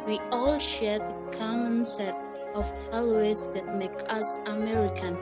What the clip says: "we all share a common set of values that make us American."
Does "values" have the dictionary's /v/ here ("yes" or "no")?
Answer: no